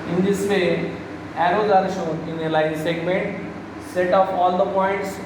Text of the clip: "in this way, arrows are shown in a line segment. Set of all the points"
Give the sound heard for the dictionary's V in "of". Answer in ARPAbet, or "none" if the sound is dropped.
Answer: P